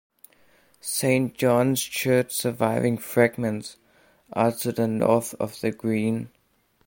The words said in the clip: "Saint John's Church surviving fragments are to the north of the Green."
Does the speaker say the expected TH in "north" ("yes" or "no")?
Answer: yes